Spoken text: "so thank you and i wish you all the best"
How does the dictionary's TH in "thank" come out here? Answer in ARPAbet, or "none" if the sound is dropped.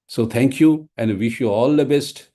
T